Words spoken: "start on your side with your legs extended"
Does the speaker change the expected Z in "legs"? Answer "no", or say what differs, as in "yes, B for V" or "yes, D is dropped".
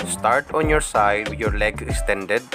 yes, Z is dropped